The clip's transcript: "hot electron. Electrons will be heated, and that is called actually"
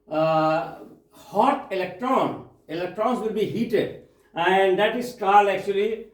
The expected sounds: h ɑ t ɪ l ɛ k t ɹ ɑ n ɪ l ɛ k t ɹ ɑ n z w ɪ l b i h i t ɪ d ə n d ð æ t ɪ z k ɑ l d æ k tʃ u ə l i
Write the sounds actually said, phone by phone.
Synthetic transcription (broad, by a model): h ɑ t ɪ l ɛ k t ɹ ɑ n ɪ l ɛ k t ɹ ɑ n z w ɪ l b i h i t ɪ d ə n d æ t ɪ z k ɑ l æ k tʃ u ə l i